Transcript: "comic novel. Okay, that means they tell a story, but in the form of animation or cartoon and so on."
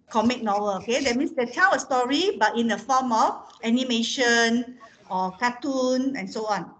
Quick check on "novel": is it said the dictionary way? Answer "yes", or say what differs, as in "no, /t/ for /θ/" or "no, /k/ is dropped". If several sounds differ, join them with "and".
no, /w/ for /v/